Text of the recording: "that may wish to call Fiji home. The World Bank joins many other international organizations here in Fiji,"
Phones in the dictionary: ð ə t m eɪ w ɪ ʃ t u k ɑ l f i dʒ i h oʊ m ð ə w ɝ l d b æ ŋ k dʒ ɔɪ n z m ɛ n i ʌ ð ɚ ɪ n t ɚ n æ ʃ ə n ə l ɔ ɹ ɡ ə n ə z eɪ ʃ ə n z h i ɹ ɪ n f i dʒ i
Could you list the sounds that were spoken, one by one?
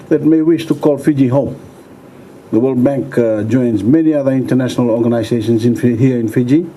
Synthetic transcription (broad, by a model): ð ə t m eɪ w ɪ ʃ t u k ɑ l f i dʒ i h oʊ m ð ə w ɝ l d b æ ŋ k dʒ ɔɪ n z m ɛ n i ʌ ð ɚ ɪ n t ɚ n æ ʃ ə n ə l ɔ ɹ ɡ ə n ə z eɪ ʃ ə n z h i ɹ ɪ n f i dʒ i